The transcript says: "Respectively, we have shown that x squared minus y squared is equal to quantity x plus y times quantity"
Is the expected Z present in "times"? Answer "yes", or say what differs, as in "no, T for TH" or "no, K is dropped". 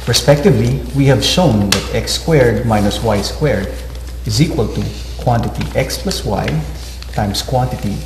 no, S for Z